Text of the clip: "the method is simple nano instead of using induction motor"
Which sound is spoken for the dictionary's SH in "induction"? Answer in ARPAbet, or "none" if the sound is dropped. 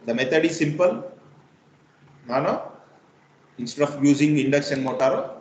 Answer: S